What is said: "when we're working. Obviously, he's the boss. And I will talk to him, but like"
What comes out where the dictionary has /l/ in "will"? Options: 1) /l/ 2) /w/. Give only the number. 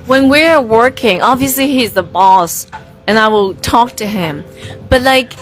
1